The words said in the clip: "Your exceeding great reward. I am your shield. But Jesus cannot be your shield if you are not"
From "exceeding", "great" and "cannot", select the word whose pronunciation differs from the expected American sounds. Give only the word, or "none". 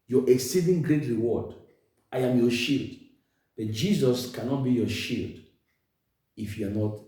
none